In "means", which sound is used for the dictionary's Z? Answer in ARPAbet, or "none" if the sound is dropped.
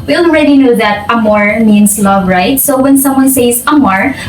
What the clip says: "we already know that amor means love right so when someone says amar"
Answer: S